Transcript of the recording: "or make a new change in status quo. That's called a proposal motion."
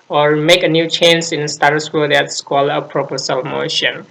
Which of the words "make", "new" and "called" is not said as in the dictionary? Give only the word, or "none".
called